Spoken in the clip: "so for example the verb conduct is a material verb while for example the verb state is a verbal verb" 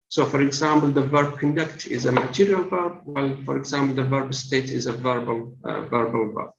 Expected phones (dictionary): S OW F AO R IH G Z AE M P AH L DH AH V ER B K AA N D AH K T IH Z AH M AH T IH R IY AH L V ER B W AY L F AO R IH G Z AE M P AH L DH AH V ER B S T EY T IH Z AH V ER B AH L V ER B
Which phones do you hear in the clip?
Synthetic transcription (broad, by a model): S OW F AO R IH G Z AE M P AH L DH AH V ER B K AA N D AH K T IH Z AH M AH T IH R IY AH L V ER B W AY L F AO R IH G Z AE M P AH L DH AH V ER B S T EY T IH Z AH V ER B AH L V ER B